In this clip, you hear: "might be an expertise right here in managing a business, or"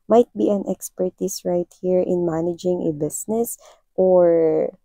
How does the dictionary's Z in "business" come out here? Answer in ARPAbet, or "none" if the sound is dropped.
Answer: S